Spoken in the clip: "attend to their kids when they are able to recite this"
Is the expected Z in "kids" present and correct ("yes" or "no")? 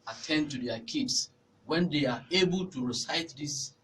no